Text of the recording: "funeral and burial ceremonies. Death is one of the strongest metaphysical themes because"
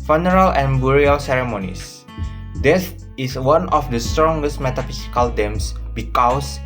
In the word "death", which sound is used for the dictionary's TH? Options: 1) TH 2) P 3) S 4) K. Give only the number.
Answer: 3